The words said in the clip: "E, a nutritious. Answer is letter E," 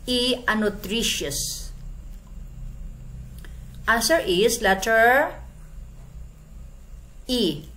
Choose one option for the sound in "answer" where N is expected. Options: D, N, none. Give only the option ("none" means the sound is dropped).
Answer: none